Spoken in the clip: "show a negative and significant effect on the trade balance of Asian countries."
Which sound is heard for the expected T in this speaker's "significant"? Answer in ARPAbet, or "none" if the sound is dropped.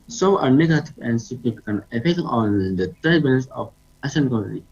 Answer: none